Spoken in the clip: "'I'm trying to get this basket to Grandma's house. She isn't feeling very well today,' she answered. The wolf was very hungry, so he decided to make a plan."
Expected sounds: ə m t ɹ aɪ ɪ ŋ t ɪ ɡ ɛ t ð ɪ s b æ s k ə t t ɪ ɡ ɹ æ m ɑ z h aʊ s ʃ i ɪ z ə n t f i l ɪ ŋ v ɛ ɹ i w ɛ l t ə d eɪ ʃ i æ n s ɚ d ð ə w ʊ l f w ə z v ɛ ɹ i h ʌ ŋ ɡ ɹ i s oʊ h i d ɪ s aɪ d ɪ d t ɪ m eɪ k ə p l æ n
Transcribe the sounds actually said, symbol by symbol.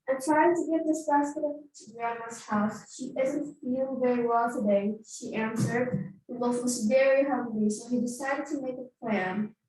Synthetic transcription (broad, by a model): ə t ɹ aɪ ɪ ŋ t ɪ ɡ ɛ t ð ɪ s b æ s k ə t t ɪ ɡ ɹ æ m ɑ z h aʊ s ʃ i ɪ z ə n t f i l v ɛ ɹ i w ɛ l t ə d eɪ ʃ i æ n s ɚ d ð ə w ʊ f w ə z v ɛ ɹ i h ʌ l i s oʊ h i d ɪ s aɪ d ɪ d t ɪ m eɪ k ə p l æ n